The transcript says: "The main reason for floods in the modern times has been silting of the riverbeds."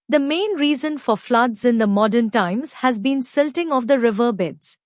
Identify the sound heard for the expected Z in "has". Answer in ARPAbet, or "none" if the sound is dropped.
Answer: Z